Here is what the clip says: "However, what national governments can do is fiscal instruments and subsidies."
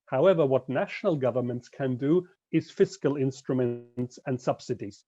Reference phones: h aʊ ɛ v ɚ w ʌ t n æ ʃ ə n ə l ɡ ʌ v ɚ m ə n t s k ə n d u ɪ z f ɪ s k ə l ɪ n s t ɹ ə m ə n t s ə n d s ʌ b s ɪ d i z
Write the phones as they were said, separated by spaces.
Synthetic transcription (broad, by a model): h aʊ ɛ v ɚ w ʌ t n æ ʃ ə n ə l ɡ ʌ v ɚ m ə n t s k ə n d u ɪ z f ɪ s k ə l ɪ n s t ɹ ə m ə n t s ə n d s ʌ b s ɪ d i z